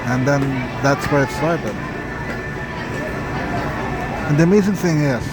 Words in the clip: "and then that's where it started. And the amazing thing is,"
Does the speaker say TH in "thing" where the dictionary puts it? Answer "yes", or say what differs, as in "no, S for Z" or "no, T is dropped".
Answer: yes